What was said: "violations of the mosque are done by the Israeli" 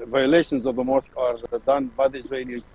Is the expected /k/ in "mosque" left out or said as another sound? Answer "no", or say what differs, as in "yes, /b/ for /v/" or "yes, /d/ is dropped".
no